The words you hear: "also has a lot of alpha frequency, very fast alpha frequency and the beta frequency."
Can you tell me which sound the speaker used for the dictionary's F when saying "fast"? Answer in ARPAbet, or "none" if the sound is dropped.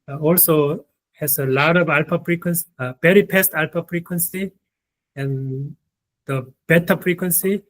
P